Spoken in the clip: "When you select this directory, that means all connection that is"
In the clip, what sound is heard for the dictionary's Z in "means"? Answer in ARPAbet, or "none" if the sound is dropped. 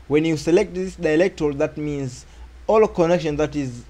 Z